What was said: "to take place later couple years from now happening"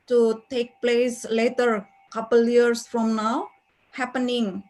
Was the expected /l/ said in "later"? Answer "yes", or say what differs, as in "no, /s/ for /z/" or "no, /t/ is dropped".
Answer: yes